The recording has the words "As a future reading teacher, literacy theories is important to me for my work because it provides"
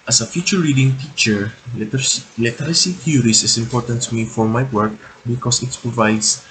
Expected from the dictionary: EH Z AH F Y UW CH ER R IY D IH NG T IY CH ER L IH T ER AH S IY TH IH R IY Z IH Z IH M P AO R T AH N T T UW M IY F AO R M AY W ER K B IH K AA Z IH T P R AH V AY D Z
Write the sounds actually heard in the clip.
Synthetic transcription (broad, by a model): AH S AH F Y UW CH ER R IY D IH NG T IY CH ER L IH T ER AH S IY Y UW R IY S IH S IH M P AO R T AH N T T UW M IY F AO R M AY W ER K B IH K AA S IH T P R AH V AY D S